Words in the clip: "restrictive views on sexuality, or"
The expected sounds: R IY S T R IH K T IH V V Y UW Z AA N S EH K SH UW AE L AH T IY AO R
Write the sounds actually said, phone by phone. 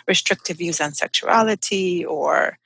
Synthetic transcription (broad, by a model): R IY S T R IH K T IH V V Y UW Z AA N S EH K SH UW AE L AH T IY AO R